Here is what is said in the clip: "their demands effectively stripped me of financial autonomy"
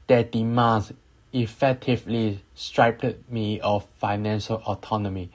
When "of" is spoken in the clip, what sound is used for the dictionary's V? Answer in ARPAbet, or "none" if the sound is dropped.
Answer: F